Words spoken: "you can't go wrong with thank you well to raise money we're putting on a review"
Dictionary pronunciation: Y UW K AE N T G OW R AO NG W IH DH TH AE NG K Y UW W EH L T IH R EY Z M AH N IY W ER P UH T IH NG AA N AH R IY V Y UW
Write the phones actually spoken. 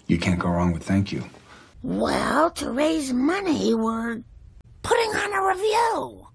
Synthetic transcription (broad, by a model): Y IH K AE N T G OW R AO NG W IH DH TH AE NG K Y UW W EH L T IH R EY Z M AH N IY W ER P UH T IH NG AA N AH R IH V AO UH